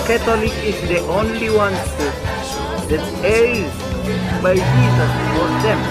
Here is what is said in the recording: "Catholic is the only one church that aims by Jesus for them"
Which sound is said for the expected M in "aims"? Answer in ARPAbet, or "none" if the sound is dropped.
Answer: none